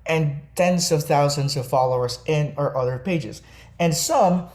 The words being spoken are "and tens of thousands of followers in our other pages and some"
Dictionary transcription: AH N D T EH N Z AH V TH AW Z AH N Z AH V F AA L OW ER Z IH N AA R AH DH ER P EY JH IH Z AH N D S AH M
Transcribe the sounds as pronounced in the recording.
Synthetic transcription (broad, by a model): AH N T EH N Z AH V TH AW Z AH N Z AH V F AA L OW ER Z IH N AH R AH DH ER P EY JH IH Z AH N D S AH M